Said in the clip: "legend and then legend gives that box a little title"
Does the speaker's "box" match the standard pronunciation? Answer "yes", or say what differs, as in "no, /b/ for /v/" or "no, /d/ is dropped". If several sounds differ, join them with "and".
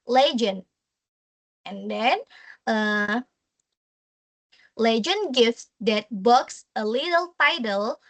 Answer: yes